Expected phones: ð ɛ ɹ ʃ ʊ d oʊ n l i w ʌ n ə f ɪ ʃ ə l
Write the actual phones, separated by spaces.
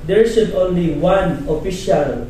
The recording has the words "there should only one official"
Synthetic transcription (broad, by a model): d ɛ ɹ s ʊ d oʊ n l i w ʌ n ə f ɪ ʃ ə l